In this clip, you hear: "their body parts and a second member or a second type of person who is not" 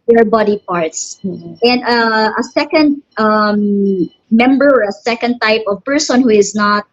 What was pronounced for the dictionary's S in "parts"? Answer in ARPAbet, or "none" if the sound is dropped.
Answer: S